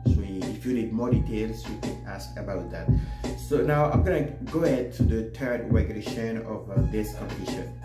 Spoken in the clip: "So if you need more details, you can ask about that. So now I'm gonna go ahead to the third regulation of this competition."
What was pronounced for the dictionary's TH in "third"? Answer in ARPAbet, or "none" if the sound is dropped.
T